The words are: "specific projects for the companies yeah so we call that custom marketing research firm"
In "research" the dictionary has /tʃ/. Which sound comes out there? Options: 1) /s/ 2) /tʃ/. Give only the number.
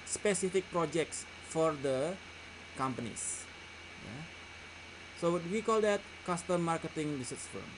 1